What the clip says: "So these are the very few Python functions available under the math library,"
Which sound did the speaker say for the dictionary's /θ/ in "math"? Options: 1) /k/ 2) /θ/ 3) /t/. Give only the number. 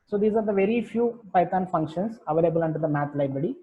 3